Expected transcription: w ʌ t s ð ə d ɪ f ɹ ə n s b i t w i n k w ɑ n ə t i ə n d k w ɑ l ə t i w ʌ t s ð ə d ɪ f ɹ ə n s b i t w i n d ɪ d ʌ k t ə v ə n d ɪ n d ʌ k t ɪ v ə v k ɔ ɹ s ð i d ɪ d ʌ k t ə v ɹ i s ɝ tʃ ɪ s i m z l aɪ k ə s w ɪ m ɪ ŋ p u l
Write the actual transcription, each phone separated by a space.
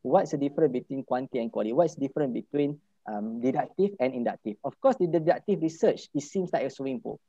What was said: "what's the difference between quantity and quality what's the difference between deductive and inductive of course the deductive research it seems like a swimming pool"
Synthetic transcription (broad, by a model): w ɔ t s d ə d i f ɹ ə n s b i t w i n k w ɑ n t i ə n k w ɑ l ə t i w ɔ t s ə d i f ɹ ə n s b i t w i n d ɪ d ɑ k t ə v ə n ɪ n d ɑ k t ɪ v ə f k ɔ s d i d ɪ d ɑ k t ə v ɹ i s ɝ tʃ ɪ s i m s l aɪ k ə s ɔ ɪ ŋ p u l